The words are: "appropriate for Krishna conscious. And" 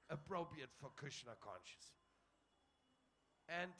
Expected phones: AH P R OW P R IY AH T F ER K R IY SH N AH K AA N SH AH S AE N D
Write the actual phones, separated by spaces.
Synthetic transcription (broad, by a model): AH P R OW P R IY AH T F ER K UW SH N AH K AA N SH AH S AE N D